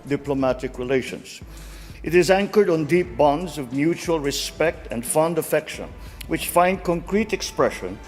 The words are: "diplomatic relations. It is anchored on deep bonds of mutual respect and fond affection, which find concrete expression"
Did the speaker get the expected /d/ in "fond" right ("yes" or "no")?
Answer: yes